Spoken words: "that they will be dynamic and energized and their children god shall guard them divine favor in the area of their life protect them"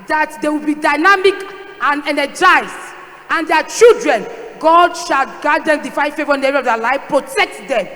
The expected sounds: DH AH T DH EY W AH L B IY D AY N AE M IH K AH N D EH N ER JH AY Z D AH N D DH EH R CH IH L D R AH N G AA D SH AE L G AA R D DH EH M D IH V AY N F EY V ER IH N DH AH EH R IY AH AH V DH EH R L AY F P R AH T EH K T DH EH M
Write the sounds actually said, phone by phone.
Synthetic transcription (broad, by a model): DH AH T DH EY W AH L B IY D AY N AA M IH K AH N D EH N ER JH AY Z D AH N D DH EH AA CH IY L D R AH N G AA D SH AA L G AA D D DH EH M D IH F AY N F EY V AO IH N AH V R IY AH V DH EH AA L AY F P R AH T EH K T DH EH M